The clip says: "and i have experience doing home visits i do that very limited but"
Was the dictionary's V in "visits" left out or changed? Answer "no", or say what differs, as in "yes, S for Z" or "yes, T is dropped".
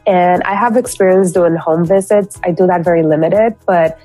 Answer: no